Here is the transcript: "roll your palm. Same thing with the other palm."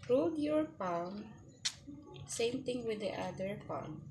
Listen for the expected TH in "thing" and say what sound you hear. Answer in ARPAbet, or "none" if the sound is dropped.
T